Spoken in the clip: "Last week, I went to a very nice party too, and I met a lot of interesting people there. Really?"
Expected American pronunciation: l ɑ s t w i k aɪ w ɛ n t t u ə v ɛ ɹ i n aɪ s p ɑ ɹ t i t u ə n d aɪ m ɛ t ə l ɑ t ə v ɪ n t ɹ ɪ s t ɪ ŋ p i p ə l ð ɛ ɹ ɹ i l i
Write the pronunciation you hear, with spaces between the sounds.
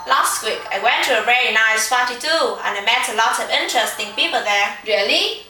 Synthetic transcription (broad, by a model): l ɑ s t w i k aɪ w ɛ n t t u ə v ɛ ɹ i n aɪ s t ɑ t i t u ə n aɪ m ɛ t ə l ɑ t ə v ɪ n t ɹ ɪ s t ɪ ŋ p i p ə l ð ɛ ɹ ɹ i l i